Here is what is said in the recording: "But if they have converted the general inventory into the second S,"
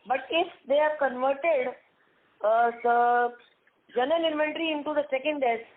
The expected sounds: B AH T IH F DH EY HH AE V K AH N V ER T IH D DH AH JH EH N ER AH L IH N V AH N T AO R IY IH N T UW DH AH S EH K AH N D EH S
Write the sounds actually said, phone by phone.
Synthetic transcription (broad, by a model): B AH T IH F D EY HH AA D K AH N V ER T IH D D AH JH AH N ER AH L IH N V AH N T R IY IH N T UW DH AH S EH K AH N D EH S